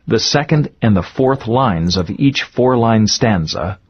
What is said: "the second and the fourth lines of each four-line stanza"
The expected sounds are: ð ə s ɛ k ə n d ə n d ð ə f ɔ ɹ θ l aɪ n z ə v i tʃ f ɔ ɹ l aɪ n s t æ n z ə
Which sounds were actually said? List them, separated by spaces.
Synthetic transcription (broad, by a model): ð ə s ɛ k ə n d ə n ð ə f ɔ ɹ θ l aɪ n z ə v i tʃ f ɔ ɹ l aɪ n s t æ n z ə